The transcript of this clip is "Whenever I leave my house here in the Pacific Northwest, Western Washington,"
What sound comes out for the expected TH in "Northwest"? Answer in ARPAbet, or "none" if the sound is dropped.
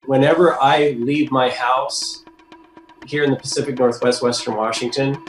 TH